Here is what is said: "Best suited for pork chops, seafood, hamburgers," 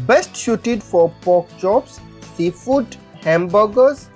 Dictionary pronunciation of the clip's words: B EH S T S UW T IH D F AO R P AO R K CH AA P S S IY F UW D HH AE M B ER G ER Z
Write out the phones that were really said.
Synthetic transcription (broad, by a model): B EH S T SH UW T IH D F AO R P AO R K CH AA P S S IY F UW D HH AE M B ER G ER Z